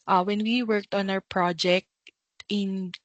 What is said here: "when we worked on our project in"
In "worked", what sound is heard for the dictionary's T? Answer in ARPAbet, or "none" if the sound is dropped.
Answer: T